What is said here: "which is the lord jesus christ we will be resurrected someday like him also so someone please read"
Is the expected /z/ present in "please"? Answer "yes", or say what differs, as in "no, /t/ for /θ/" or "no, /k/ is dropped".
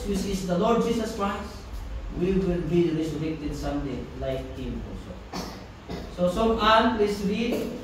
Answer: no, /s/ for /z/